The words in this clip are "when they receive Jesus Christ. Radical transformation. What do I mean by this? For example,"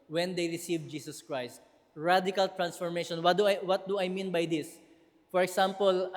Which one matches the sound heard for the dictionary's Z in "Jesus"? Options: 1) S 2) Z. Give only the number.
1